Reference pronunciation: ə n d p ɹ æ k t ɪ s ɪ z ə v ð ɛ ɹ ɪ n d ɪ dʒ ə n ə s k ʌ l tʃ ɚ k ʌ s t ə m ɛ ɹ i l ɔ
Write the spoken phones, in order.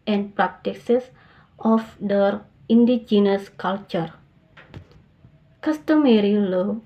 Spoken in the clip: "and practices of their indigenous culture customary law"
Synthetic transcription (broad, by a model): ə n p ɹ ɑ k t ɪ s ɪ s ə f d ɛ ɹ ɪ n d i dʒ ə n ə s k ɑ l tʃ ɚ k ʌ s t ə m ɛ ɹ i l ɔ